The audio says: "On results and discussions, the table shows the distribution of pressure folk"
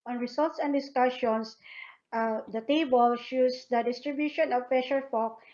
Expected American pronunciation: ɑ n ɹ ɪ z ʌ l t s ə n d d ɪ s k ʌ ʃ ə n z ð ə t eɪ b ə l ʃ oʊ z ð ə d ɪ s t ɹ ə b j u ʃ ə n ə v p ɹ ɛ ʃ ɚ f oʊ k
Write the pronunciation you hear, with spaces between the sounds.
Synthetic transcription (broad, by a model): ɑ n ɹ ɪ s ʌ l t s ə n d d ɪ s k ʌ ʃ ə n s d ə t eɪ b ə l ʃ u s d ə d ɪ s t ɹ ə b j u ʃ ə n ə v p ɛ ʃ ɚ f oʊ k